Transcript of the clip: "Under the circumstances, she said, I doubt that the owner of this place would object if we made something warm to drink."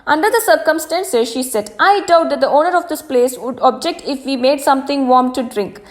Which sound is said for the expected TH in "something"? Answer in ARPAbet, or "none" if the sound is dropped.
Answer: T